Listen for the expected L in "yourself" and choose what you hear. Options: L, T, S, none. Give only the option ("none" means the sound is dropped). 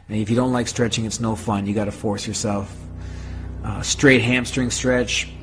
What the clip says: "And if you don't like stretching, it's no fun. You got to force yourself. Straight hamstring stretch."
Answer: L